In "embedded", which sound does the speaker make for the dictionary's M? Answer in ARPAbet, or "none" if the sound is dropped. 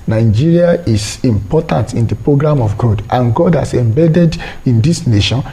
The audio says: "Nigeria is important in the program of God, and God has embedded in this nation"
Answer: M